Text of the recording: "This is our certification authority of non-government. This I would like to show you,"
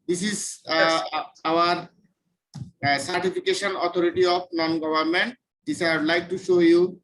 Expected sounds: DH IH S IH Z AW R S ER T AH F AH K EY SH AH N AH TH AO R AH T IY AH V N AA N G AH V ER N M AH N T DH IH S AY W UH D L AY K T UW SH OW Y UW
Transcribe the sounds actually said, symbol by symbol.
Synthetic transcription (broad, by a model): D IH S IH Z AW R S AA T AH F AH K EY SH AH N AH T AO R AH T IY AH P N AA N G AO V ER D M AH N T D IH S AY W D L AY K T UW SH OW Y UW